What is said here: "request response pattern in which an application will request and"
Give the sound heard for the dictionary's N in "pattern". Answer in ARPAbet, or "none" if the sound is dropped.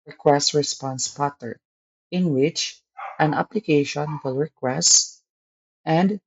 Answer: none